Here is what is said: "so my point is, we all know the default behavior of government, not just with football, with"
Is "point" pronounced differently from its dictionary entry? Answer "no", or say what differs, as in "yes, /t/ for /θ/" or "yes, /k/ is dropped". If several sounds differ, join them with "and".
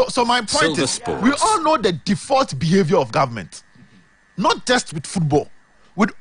yes, /n/ is dropped